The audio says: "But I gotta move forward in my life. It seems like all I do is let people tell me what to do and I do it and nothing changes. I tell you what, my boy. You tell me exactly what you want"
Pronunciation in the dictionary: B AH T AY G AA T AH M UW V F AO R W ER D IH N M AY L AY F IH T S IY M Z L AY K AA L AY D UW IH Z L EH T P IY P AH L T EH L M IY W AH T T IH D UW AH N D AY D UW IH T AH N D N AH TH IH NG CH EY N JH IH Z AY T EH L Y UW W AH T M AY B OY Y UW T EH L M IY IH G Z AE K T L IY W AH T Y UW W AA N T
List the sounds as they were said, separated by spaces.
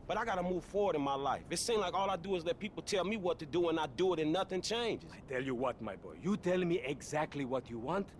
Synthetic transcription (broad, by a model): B AH T AY G AA T AH M UW V F AO R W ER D IH N M AY L AY F IH T S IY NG L AY K AA L AY D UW IH Z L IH T P IY P L T EH L M IY W AH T T IH D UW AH N AY D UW IH T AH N N AH TH IH NG CH EY N JH IH Z AY T EH L Y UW W AH T M AY B OY Y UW T EH L M IY IH G Z AE K T L IY W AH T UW W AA N T